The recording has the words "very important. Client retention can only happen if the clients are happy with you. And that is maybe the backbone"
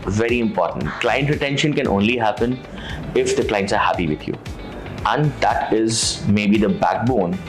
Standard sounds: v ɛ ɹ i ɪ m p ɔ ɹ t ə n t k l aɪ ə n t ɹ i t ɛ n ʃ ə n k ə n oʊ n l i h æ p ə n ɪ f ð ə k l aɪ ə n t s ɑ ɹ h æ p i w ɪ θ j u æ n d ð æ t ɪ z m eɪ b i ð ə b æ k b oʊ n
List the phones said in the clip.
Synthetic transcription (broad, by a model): v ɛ ɹ i ɪ m p ɔ ɹ t ə n t k l aɪ ə n t ɹ i t ɛ n ʃ ə n k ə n oʊ n l i h æ p ə n ɪ f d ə k l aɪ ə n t s ɑ ɹ h æ p i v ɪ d j u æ n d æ t ɪ z m eɪ b i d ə b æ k b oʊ n